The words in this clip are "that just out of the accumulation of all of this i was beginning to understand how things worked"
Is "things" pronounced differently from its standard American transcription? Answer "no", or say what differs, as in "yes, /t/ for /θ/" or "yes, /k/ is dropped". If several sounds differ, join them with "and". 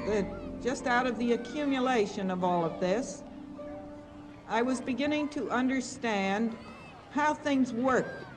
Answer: no